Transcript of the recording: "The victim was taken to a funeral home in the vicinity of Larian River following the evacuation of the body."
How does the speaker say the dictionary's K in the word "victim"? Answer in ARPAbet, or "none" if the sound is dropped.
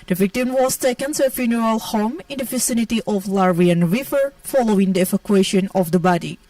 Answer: K